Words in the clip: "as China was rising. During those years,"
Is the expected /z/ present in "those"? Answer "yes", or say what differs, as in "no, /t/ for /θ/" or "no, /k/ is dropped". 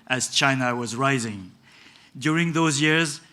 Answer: yes